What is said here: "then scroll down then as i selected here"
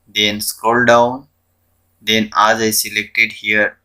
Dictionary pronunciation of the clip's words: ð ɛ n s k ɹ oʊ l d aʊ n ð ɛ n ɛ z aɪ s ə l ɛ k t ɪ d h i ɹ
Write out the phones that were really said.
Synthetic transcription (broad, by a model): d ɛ n s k oʊ l d aʊ n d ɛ n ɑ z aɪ s ə l ɛ k t ɪ d h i ɹ